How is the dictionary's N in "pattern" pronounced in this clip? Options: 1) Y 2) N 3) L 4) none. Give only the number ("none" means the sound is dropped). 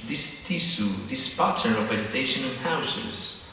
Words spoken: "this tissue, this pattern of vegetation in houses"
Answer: 4